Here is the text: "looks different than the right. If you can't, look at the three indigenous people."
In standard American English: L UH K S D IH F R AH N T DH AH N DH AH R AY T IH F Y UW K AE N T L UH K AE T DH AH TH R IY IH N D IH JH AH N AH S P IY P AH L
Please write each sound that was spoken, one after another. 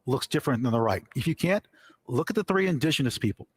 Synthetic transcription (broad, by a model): L UH K S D IH F R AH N DH AH N DH AH R AY T IH F Y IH K AE N T L UH K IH T DH AH TH R IY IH N D IH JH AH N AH S P IY P L